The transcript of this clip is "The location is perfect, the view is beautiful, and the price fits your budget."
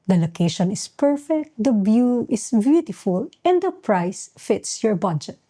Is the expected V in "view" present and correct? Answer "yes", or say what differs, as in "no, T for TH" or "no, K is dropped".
no, B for V